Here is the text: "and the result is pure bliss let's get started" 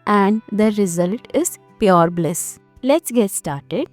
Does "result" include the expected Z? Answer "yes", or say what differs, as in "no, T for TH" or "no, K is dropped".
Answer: yes